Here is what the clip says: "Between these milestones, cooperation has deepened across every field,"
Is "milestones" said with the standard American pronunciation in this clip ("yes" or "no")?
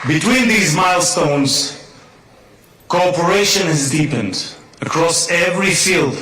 yes